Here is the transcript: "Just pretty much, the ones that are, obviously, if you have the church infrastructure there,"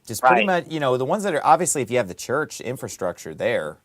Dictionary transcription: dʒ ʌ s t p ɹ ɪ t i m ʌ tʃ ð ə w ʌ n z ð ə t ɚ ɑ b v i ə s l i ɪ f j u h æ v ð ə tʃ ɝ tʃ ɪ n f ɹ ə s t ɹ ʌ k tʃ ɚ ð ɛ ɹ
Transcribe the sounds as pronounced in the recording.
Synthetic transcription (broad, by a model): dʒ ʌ s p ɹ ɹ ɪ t i m ʌ tʃ ð ə w ʌ n z ð ə t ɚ ɑ b v i ə s l i ɪ f j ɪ v ð ə tʃ ɝ tʃ ɪ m f ɹ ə s t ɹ ʌ k tʃ ɚ ð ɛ ɹ